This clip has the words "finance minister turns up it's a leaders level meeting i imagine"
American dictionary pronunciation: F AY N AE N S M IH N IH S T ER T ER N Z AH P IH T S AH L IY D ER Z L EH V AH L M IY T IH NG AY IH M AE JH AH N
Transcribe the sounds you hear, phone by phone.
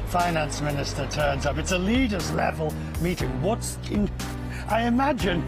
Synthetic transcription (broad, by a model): F AY N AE N S M IH N IH S T ER T ER N Z AH P IH T S AH L IY D ER Z L EH V AH L M IY T IH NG AY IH M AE JH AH N